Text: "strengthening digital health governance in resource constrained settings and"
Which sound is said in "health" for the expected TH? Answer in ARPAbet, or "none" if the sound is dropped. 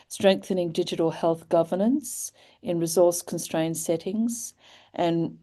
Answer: TH